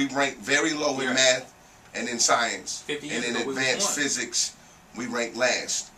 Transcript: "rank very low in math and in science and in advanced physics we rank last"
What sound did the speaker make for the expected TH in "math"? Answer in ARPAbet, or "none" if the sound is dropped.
TH